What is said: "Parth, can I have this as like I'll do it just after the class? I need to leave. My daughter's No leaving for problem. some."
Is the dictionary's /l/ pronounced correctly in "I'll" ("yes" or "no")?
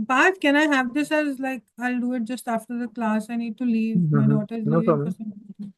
yes